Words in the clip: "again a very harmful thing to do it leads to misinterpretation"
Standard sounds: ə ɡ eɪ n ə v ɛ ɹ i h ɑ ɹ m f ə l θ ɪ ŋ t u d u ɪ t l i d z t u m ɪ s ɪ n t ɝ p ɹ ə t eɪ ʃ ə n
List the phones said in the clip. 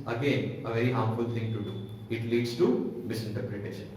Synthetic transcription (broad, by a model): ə ɡ eɪ n ə v ɛ ɹ i h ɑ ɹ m f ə l t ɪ ŋ t u d u ɪ t l i d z t u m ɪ s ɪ n t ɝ p ɹ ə t eɪ ʃ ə n